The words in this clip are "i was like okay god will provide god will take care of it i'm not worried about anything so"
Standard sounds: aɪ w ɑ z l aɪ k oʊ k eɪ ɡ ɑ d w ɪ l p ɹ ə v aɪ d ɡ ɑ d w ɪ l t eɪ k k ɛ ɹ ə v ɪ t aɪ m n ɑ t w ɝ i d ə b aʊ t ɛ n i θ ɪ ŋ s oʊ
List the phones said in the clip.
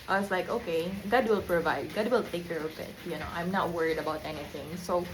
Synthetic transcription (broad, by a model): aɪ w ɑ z l aɪ k oʊ k eɪ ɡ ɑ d w ɪ l p ɹ ə v aɪ d ɡ ɑ d w ɪ l t eɪ k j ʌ ɹ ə p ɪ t aɪ m n ɑ t w ɝ i d ə b aʊ t ɛ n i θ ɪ ŋ s oʊ